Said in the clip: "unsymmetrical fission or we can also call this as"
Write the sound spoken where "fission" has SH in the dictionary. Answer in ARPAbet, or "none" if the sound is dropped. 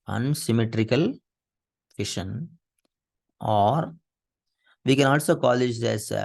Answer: SH